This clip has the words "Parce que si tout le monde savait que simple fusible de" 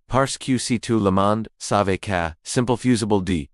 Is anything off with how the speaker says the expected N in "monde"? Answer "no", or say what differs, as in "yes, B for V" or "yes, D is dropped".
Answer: no